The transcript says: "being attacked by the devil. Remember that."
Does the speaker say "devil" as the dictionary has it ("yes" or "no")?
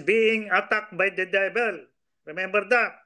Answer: no